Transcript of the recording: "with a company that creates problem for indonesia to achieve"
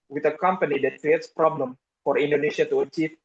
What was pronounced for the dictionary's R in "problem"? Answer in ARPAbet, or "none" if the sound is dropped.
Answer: R